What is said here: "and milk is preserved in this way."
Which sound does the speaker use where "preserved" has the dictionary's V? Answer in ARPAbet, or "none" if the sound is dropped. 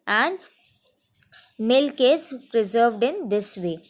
V